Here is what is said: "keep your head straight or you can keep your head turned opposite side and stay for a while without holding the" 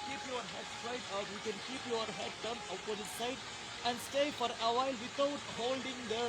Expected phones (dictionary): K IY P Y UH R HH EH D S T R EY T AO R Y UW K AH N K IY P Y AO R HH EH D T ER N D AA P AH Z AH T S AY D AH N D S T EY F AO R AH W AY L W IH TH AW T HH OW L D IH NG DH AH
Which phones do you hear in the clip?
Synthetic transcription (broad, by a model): K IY P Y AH R HH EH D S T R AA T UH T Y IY K AH N K IY P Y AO R HH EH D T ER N AA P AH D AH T S AY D AH N D S T EY F AO R AH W AY L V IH T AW T HH OW L D IH NG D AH